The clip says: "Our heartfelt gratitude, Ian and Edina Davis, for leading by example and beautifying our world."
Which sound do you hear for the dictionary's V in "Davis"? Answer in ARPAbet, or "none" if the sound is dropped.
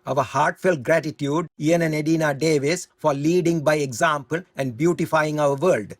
V